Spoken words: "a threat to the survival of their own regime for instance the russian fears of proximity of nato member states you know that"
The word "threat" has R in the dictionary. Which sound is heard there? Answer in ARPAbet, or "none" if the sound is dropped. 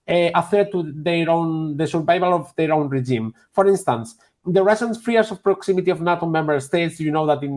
none